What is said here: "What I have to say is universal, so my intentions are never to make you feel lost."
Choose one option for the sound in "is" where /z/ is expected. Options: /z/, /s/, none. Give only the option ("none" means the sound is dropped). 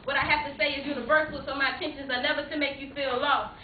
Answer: /z/